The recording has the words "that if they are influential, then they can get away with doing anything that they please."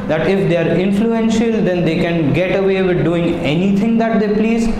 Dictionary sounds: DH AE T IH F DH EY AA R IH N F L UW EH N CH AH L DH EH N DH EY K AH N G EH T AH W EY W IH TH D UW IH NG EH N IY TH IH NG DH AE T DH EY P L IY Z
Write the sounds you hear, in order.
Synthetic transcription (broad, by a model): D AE T IH F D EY AA R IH N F L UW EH N SH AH L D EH N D EY K AH N G EH T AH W EY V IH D D UW IH NG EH N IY T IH NG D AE T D EY P L IY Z